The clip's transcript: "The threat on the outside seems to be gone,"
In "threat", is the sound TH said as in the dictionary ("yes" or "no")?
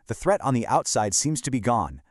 yes